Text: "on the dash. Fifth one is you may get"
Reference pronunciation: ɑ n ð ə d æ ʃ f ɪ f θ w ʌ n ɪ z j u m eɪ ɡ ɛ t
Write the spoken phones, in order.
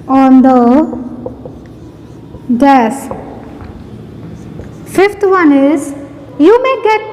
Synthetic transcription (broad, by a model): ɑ n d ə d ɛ s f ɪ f t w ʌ n ɪ z j u m eɪ ɡ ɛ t